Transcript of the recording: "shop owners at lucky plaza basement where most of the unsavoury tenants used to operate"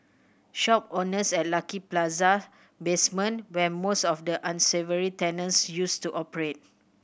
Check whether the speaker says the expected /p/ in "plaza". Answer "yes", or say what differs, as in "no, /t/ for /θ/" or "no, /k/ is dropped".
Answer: yes